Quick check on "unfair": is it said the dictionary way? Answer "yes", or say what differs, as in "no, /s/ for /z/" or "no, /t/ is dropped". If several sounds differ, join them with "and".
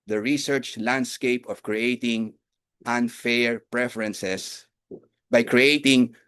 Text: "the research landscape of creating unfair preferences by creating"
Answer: yes